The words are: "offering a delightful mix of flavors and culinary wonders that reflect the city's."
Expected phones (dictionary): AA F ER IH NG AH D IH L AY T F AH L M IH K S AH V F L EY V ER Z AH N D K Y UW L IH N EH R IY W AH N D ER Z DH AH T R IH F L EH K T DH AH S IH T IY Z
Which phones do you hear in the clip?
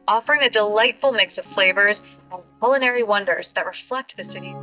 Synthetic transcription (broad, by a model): AA F ER IH NG AH D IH L AY T F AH L M IH K S AH V F L EY V ER Z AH N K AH L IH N EH R IY W AH N D ER Z DH AH T R IH F L EH K T DH AH S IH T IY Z